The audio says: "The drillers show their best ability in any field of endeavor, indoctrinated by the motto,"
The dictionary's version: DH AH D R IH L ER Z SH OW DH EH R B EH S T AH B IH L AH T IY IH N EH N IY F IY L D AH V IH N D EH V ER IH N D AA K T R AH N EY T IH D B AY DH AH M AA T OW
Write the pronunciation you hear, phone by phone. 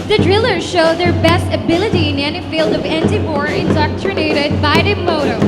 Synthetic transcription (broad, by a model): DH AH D R IH L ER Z SH OW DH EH R B EH S T AH B IH L AH T IY IH N EH N IY F IY L D AH V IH N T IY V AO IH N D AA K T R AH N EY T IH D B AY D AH M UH T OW